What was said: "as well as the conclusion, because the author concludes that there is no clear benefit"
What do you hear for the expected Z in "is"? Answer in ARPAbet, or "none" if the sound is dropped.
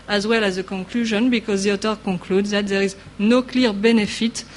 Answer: Z